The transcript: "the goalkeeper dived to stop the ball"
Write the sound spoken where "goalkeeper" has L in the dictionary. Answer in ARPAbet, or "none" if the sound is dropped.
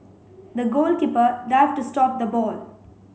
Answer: L